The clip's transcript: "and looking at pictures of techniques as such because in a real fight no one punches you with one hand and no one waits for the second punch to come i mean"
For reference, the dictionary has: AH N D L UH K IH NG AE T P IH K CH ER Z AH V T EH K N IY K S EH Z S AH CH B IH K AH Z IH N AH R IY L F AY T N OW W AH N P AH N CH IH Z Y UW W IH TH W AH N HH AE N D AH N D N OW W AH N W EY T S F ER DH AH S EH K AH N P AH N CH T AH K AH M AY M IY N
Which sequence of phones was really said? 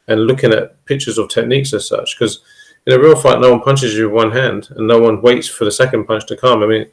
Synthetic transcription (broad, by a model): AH N L UH K IH NG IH T P IH K CH ER Z AH V T EH K N IY K S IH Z S AH CH K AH Z IH N AH R IY L F AY T N OW W AH N P AH N CH IH Z Y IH W AH N HH AE N D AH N N OW W AH N W EY T S F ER DH AH S EH K AH N P AH N CH T AH K AH M AY M IY N